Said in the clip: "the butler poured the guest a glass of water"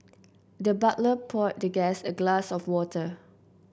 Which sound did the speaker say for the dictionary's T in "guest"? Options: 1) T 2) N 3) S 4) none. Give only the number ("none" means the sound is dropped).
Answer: 4